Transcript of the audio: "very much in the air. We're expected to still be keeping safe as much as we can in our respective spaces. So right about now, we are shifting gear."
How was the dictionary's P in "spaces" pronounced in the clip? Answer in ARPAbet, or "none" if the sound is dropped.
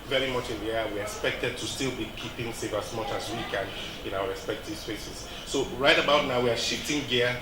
F